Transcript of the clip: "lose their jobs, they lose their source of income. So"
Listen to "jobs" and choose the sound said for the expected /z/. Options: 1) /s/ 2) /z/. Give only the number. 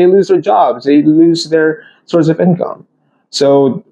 2